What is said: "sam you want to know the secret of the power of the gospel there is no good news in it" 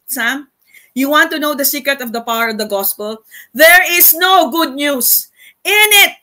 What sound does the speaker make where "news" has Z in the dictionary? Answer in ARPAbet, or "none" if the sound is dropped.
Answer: S